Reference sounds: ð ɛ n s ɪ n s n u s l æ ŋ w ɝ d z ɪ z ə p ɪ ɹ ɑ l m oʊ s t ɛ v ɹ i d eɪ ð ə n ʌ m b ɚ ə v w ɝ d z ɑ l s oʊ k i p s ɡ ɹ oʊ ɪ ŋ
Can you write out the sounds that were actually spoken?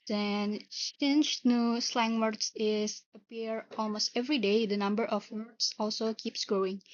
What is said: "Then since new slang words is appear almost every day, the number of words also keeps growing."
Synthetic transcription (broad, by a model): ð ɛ n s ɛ n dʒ n u s l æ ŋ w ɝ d s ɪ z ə p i ɹ ɑ l m oʊ s t ɛ v ɹ i d eɪ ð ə n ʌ m b ɚ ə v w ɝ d s ɑ l s oʊ k i p s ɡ ɹ oʊ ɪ ŋ